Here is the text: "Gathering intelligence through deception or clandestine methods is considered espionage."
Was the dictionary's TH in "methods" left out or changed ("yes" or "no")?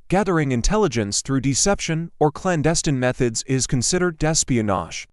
no